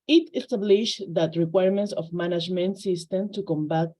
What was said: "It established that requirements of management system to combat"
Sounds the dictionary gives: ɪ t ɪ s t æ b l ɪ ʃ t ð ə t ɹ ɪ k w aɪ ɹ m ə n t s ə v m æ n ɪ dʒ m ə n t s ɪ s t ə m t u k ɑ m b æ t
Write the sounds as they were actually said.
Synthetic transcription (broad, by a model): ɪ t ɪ s t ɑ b l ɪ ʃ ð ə t ɹ ɪ k w aɪ ɹ m ə n t s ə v m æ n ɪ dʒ m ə n t s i s t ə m t u k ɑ m b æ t